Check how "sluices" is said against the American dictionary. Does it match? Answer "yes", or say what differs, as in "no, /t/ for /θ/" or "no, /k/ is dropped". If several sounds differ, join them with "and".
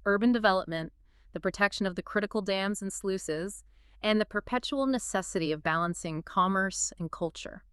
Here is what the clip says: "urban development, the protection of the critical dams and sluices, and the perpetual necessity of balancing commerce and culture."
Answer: yes